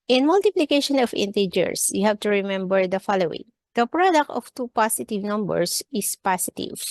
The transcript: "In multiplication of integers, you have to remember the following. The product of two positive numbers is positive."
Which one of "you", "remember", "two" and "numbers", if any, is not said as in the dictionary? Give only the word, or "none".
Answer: numbers